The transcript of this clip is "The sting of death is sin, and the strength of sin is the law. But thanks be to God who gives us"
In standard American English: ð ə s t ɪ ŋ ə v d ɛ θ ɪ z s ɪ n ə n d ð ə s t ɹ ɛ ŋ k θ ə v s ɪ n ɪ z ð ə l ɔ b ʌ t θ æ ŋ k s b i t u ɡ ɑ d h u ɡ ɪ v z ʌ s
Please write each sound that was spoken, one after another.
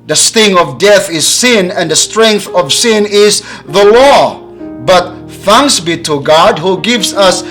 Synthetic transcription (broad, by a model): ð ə s t ɪ ŋ ə v d ɛ θ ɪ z s ɪ n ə n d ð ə s t ɹ ɛ ŋ k θ ə v s ɪ n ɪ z ð ə l ɔ b ʌ t θ æ ŋ k s b i t u ɡ ɑ d h u ɡ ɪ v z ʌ s